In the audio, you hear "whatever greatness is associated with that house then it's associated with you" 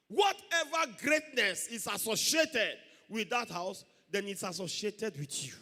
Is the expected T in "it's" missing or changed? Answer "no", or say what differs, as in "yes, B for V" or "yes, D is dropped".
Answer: no